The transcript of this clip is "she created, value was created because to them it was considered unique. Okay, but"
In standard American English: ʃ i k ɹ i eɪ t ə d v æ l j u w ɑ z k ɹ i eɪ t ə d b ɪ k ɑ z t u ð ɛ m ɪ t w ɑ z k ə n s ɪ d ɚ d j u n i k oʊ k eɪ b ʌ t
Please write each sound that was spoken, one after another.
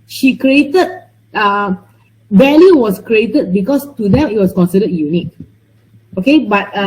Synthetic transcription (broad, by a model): ʃ i k ɹ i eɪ t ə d b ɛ l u w ɑ s k ɹ i eɪ t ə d b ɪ k ɑ s t u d ɛ m ɪ t w ɑ s k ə n s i d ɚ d j u n i k oʊ k eɪ b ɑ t